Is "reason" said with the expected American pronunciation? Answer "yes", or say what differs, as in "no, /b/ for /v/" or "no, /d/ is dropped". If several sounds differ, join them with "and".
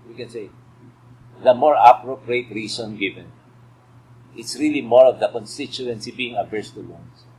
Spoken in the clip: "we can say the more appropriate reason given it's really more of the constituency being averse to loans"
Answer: no, /s/ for /z/